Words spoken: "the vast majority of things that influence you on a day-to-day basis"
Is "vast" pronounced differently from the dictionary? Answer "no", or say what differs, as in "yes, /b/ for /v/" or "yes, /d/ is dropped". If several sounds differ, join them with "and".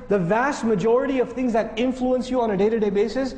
no